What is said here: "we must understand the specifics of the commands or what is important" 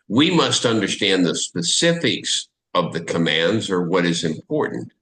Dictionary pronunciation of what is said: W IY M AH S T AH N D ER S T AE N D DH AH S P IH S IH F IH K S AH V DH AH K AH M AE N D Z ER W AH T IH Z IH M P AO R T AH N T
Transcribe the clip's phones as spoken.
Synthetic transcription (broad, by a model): W IY M AH S T AH N D ER S T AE N DH AH S P IH S IH F IH K S AH V DH AH K AH M AE N D Z ER W AH T IH Z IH M P AO R T N T